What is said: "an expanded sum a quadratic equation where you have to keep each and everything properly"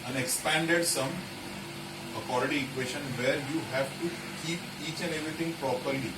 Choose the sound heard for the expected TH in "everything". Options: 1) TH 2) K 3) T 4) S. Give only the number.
3